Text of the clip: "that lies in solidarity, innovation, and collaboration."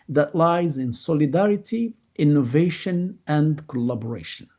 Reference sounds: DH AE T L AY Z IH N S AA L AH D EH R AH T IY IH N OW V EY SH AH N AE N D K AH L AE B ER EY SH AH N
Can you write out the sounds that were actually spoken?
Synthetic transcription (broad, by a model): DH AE T L AY Z IH N S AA L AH D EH R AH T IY IH N OW V EY SH AH N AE N D K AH L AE B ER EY SH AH N